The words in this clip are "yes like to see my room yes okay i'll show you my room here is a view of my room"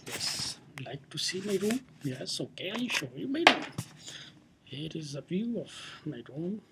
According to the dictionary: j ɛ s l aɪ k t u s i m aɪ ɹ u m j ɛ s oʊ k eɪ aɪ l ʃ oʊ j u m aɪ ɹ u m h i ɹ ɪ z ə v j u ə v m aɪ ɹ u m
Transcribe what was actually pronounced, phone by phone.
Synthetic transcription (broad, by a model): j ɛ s l aɪ k t u s i m aɪ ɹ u j ɛ s oʊ k eɪ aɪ n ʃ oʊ j u m aɪ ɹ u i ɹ ɪ z ə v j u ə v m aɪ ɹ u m